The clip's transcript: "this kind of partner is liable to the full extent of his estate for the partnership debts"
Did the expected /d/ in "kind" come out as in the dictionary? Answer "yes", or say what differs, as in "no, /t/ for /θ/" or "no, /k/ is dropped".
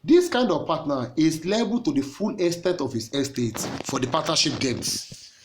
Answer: yes